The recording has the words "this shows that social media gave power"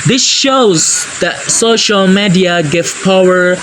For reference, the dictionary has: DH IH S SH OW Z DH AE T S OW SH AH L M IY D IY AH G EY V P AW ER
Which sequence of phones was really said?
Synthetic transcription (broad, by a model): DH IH S SH OW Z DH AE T S OW SH AH L M IY D IY AH G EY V P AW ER